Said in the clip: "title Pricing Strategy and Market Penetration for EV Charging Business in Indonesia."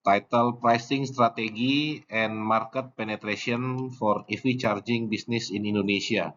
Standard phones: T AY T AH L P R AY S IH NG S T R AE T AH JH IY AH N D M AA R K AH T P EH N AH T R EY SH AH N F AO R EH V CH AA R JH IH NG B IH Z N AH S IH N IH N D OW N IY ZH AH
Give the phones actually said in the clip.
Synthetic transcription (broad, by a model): T AY T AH L P R AY S IH NG S T R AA T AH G IY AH N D M AA R K AH T P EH N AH T R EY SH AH N F AO R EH F CH AA R JH IH NG B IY S N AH S IH N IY N D OW N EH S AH